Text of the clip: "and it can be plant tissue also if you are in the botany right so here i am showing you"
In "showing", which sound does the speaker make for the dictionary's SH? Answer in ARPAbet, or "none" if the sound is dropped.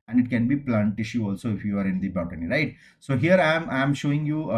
SH